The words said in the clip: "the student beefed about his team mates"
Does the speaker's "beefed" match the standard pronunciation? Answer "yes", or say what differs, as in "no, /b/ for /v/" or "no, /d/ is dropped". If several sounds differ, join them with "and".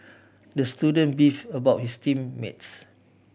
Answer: no, /t/ is dropped